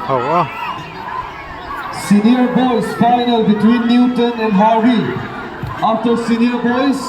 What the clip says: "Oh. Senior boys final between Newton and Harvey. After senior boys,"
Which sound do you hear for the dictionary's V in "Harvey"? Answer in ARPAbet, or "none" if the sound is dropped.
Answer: none